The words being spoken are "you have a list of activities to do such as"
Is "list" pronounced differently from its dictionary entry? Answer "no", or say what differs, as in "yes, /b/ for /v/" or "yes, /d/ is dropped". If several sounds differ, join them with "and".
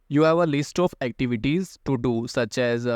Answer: no